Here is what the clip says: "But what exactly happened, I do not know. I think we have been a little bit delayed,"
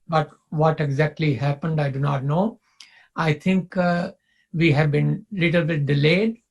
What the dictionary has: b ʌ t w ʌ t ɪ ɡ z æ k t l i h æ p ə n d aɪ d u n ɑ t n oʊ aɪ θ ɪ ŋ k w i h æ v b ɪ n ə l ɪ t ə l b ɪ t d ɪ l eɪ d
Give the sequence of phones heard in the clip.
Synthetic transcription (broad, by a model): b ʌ t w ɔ t ɪ ɡ z æ k t l i h æ p ə n d aɪ d u n ɑ t n oʊ aɪ t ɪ ŋ k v i h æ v b ɪ n l ɪ t ə l b ɪ t d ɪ l eɪ d